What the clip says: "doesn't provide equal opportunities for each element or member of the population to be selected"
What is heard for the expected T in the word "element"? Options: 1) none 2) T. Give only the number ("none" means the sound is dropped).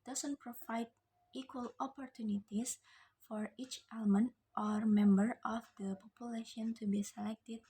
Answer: 2